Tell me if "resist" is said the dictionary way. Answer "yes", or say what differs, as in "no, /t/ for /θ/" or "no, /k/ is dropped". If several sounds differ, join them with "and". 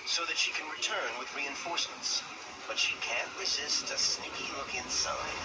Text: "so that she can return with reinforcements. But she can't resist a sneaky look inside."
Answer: yes